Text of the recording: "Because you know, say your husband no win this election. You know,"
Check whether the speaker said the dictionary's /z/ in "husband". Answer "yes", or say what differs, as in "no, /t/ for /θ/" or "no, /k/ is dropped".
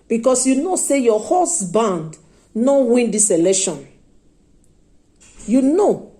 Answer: no, /s/ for /z/